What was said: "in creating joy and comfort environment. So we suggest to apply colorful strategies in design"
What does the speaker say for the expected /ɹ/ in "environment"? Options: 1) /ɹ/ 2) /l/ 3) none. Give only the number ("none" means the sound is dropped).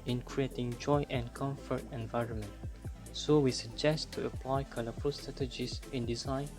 1